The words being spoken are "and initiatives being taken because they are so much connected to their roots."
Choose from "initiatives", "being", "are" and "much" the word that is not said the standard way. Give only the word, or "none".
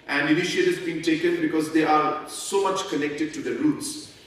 initiatives